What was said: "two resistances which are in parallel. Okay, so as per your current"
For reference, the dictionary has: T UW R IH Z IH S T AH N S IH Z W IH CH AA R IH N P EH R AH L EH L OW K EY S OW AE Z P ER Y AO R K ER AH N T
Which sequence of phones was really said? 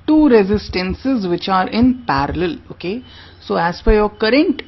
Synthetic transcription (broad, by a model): T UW R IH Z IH S T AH N S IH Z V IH CH AA R IH N P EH R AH L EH L OW K EY S OW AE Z F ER Y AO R K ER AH N T